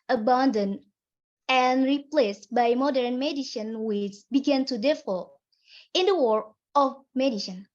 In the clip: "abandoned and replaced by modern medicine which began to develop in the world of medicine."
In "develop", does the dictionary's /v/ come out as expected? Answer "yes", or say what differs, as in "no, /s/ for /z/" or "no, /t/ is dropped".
no, /f/ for /v/